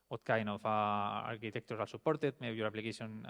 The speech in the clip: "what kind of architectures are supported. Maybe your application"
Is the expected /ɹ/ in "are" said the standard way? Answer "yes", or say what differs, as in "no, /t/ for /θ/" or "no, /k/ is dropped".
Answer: no, /l/ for /ɹ/